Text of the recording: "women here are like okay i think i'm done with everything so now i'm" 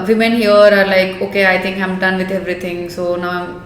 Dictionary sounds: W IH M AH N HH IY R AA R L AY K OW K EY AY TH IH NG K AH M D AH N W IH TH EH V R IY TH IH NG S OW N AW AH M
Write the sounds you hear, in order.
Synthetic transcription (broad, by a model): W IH M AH N HH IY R AA R L AY K OW K EY AY T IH NG K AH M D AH N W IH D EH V R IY T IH NG S OW N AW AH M